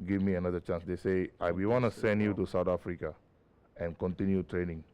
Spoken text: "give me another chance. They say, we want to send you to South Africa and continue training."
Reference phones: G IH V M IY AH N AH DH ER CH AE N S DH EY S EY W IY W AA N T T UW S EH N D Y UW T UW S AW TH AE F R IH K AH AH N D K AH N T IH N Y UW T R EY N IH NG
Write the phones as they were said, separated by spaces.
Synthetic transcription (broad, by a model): G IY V M IY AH N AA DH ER CH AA N S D EY S EY W IY W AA N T T UW S EH N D Y UW T UW S AW T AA F R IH K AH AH N K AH N T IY N Y UW T R EY N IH NG